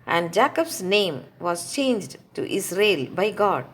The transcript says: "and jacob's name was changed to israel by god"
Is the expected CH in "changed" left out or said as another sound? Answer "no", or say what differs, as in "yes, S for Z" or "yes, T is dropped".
no